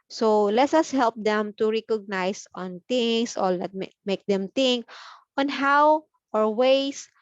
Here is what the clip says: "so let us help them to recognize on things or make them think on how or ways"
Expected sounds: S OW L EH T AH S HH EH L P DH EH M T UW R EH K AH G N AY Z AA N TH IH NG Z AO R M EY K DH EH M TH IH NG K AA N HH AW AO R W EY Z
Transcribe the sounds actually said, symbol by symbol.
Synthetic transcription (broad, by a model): S OW L EH T AH S HH EH L P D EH M T UW R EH K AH G N AY S AA N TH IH NG S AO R M EY K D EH M T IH NG K AA N HH AW AO R W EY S